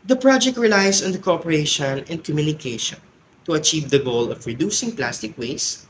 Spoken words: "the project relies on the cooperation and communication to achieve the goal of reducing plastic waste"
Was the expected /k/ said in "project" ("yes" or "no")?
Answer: yes